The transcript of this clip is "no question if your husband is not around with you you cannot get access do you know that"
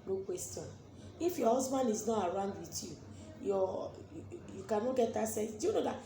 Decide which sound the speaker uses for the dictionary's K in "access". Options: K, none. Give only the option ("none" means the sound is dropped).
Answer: none